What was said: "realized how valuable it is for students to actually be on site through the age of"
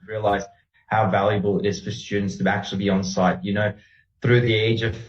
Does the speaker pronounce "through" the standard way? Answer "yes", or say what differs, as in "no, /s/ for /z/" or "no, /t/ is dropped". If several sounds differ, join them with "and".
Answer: yes